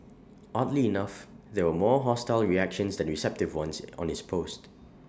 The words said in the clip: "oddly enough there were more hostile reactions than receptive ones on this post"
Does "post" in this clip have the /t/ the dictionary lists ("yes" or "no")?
yes